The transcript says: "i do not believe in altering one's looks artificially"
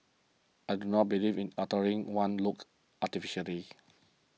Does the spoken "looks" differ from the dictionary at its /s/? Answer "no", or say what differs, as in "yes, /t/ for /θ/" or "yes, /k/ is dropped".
yes, /s/ is dropped